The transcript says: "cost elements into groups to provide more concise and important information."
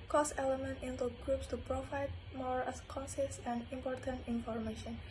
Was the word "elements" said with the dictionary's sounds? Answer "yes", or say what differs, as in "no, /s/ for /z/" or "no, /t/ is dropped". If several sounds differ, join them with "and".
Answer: no, /s/ is dropped